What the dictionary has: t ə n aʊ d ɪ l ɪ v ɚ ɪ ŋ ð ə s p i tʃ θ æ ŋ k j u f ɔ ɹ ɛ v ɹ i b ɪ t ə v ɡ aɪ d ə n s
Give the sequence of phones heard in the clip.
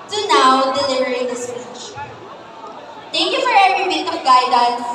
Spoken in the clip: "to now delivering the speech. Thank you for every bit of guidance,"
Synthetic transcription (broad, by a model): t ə n aʊ d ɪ l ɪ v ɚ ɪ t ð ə s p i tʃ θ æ ŋ k j u f ɔ ɹ ɛ v ɹ i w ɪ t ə p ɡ aɪ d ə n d